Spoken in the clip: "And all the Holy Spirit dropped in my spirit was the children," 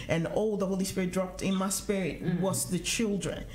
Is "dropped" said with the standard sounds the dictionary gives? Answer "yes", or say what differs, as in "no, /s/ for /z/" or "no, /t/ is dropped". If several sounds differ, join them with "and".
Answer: yes